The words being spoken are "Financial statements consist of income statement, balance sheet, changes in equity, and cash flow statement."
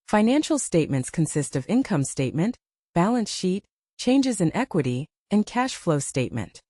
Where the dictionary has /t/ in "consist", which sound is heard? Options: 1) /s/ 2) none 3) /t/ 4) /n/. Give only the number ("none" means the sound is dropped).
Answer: 3